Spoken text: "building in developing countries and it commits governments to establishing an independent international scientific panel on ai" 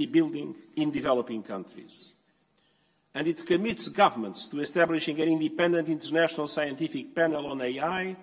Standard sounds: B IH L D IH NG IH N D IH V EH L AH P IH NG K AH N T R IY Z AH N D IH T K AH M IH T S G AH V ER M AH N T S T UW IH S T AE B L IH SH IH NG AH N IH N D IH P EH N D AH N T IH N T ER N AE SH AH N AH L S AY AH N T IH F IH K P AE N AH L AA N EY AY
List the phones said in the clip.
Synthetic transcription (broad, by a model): B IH L D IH NG IH N D IH V EH L AH P IH NG K AH N T R IY Z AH N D IH T K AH M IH T S G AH V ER M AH N T S T UW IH S T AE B L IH SH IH NG AH N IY N D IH P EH N D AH N T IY N T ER N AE SH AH N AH L S AY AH N T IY F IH K P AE N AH L AA N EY AY